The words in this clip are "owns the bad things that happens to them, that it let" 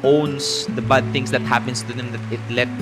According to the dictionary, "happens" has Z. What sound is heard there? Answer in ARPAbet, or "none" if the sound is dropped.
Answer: S